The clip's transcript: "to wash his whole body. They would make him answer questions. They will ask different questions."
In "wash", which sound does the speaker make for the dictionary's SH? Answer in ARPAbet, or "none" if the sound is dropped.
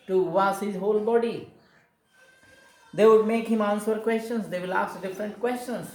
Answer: S